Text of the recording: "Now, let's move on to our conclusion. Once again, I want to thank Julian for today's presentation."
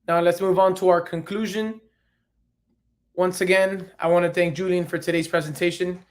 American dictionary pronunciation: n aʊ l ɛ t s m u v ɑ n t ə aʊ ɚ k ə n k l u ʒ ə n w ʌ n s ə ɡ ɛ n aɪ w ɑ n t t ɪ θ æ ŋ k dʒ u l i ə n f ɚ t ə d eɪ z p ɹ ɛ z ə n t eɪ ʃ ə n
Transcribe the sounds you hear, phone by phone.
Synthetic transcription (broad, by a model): n aʊ l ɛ t s m u v n t ə aʊ ɚ k ə n k l u ʒ ə n w ʌ n s ə ɡ ɛ n aɪ w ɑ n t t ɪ θ æ ŋ k dʒ u l i ə n f ɚ t ə d eɪ z p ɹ ɛ z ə n t eɪ ʃ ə n